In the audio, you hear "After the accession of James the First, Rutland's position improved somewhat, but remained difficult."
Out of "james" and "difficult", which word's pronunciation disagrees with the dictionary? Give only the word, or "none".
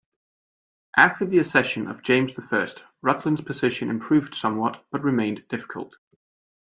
none